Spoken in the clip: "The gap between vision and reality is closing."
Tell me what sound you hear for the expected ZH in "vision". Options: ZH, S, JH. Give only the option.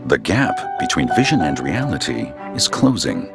ZH